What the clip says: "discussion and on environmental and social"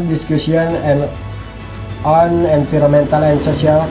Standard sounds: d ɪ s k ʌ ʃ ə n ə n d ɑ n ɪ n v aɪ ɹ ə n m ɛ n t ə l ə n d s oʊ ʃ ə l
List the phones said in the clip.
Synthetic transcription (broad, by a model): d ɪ s k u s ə n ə n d ɑ n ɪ n f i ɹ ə m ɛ n t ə l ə n s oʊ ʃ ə l